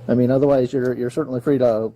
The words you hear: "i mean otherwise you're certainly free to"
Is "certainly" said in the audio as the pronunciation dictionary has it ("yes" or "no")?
no